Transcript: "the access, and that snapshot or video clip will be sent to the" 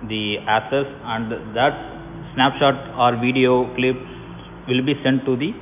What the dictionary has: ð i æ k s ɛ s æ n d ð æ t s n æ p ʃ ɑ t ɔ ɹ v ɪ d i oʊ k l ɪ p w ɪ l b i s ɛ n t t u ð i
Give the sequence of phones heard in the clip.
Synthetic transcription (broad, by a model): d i æ k s ɛ s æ n d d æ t s n æ p ʃ ɑ t ɔ ɹ v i d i oʊ k l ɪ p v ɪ l b i s ɛ n t t u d i